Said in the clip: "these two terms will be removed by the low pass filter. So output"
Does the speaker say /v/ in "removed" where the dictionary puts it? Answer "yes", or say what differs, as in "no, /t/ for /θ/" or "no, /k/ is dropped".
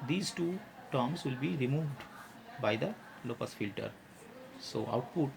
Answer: yes